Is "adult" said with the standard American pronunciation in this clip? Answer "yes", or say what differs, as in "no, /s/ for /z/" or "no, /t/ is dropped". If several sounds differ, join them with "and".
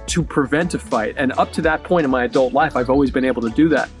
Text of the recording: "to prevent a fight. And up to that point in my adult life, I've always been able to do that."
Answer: yes